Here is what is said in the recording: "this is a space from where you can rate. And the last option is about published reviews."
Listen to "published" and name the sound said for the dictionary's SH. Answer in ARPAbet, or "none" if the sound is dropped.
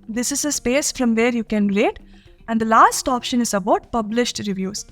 SH